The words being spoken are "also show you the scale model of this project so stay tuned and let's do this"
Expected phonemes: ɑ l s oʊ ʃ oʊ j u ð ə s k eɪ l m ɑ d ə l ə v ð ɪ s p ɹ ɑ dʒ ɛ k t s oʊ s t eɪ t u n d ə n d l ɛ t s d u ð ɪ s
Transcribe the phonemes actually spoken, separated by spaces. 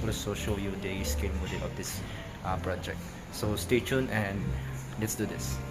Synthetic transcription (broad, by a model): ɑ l s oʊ ʃ oʊ j u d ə s k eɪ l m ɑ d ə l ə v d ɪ s p ɹ ɑ dʒ ɛ k t s oʊ s t eɪ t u n ə n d l ɛ t s d u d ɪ s